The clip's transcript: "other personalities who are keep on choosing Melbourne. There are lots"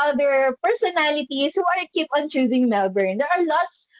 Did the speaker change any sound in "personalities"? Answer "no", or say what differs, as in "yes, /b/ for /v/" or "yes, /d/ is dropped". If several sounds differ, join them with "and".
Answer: yes, /s/ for /z/